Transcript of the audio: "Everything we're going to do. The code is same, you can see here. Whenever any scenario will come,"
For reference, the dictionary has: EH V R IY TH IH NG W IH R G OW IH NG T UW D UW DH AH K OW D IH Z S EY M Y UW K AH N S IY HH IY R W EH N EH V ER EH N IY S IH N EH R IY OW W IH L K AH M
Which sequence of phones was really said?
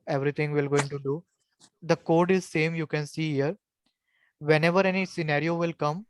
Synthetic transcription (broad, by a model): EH V R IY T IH NG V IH L G OW IH NG T UW D UW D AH K OW D IH Z S EY M Y UW K AH N S IY HH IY R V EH N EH V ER EH N IY S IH N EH R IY OW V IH L K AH M